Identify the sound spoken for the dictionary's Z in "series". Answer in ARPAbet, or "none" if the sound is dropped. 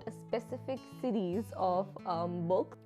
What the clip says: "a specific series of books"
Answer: Z